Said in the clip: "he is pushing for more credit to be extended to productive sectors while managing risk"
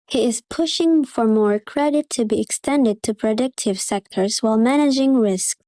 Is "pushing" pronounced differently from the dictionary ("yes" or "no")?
no